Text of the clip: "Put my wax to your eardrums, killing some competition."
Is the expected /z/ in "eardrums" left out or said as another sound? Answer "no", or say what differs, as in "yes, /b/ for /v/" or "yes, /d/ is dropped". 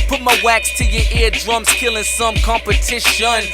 yes, /s/ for /z/